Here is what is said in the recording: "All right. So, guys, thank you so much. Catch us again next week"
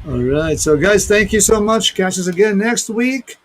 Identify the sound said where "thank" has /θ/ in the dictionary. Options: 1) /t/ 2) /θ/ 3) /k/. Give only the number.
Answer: 2